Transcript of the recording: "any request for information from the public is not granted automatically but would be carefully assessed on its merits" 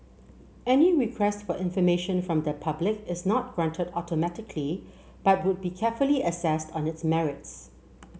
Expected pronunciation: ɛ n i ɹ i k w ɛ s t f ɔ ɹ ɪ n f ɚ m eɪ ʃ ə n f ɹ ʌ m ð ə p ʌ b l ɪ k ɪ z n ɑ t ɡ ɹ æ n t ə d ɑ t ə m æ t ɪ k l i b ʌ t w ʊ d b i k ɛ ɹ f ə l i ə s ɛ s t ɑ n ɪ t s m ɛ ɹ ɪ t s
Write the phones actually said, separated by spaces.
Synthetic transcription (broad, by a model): ɛ n i ɹ i k w ɛ s t f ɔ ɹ ɪ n f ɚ m eɪ ʃ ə n f ɹ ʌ m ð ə p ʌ b l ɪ k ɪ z n ɑ t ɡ ɹ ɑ n t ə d ɑ t ə m æ t ɪ k l i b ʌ t w ʊ d b i k ɛ f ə l i ə s ɛ s t ɑ n ɪ t s m ɛ ɹ ɪ t s